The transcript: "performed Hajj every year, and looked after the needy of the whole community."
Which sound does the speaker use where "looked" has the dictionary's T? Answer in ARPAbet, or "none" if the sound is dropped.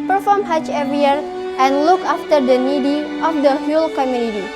none